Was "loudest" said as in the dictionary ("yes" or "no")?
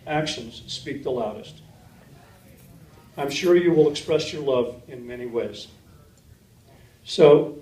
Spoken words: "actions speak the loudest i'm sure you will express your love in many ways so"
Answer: yes